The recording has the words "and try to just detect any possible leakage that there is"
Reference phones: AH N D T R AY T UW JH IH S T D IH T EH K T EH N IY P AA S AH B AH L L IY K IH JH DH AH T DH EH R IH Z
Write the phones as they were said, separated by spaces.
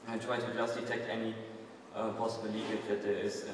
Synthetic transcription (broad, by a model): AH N T R AY T UW JH IH S T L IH T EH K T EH N IY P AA S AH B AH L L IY IH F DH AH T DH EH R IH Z